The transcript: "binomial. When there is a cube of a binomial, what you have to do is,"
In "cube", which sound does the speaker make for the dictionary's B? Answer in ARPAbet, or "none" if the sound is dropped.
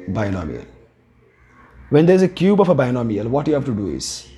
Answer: B